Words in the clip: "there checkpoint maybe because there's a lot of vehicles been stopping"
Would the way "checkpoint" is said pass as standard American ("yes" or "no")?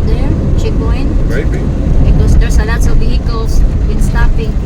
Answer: no